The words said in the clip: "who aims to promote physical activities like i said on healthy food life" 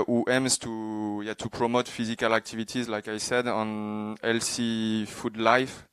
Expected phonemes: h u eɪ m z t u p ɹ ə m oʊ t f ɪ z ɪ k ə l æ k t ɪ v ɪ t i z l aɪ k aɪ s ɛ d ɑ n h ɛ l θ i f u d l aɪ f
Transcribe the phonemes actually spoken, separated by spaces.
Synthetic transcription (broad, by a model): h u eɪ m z t u p ɹ ə m oʊ t f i z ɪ k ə l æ k t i v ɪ t i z l aɪ k aɪ s ɛ d ɑ n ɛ l s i f u d l aɪ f